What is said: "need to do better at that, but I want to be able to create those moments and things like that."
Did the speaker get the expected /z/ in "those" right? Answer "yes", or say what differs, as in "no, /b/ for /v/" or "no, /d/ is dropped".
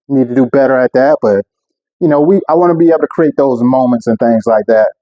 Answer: yes